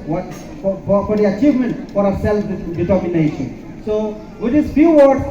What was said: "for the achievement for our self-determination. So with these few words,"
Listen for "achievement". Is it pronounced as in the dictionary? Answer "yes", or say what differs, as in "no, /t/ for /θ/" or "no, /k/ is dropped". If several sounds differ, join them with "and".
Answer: yes